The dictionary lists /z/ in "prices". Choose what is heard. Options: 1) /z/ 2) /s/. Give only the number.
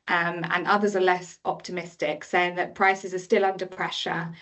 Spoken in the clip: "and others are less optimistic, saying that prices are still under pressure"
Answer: 1